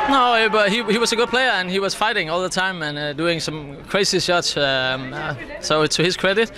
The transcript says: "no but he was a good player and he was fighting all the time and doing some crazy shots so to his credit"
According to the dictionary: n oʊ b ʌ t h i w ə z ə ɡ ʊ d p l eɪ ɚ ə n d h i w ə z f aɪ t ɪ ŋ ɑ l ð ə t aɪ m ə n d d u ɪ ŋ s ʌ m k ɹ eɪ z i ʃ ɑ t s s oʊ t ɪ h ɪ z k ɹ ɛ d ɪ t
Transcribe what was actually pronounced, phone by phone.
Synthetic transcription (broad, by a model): n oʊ b ʌ t h i w ə z ə ɡ ʊ d p l eɪ ɚ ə n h i w ə z f aɪ t ɪ ŋ ɑ l ð ə t aɪ m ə n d d u ɪ ŋ s ʌ m k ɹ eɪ s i s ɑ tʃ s s oʊ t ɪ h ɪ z k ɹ ɛ d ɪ t